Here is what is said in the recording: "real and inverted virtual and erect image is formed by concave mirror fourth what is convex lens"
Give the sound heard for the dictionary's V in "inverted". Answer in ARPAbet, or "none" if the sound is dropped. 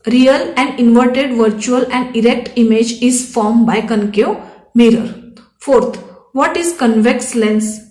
V